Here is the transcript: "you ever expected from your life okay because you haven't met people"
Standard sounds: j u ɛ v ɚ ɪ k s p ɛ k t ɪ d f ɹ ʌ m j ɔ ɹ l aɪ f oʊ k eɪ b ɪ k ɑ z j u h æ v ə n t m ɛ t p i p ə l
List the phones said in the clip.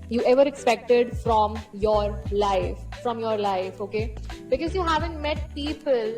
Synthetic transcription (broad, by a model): j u ɛ v ɚ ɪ k s p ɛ k t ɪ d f ɹ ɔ m j ɔ ɹ l aɪ f oʊ k eɪ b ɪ k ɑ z j u h æ v ə n t m ɛ t p i p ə l